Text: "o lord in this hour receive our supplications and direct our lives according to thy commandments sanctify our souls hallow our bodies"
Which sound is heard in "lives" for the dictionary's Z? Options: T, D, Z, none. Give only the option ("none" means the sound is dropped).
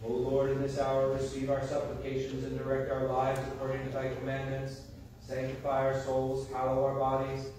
Z